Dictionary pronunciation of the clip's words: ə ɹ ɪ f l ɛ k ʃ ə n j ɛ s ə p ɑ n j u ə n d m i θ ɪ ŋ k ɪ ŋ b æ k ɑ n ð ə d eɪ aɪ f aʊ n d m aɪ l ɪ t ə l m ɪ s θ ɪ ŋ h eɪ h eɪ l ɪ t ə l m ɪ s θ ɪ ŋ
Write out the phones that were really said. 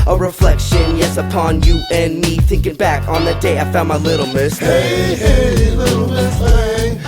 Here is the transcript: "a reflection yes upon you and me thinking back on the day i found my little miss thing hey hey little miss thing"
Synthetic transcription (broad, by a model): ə ɹ ɪ f l ɛ k ʃ ə n j ɛ s ə p ɑ n j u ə n m i θ ɪ ŋ k ɪ ŋ b æ k n ð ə d eɪ aɪ f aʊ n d m aɪ l ɪ t l m ɪ s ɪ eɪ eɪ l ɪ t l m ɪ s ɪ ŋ